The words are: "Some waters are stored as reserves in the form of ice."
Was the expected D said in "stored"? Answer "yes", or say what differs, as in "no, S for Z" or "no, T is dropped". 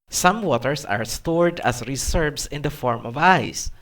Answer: yes